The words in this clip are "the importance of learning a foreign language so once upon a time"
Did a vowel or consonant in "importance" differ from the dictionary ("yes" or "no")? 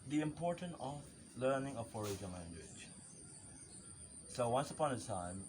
yes